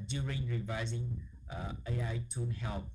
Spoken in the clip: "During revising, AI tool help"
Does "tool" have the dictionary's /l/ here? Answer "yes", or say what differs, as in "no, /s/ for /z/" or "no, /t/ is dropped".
no, /n/ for /l/